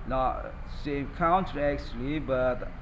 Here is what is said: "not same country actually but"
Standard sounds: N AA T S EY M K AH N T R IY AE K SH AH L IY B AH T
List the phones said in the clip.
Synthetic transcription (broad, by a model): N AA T S EY M K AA N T IY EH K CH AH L IY B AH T